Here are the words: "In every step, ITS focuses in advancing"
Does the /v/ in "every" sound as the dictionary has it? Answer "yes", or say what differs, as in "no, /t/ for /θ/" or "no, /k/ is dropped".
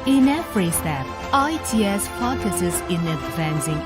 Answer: no, /f/ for /v/